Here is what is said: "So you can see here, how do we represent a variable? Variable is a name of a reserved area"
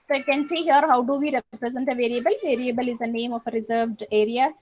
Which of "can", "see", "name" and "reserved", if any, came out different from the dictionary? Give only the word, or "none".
none